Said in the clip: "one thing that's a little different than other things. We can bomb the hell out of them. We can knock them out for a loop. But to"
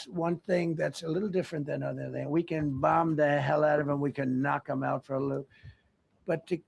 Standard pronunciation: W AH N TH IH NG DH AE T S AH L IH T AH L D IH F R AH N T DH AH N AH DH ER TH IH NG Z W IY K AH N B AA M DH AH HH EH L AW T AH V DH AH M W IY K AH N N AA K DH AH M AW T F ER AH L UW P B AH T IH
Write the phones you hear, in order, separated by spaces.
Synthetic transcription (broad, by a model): W AH N TH IH NG DH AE T S AH L IH T L D IH F R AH N DH AH N AH DH ER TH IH NG W IY K AH N B AA M DH AH HH EH L AW T AH V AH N W IY K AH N N AA K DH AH M AW T F ER AH L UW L B AH T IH